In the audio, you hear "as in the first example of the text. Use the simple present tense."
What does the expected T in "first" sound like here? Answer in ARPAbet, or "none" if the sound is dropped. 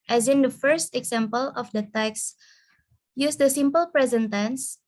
T